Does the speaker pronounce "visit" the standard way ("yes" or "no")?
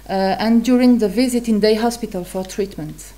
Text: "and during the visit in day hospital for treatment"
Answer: yes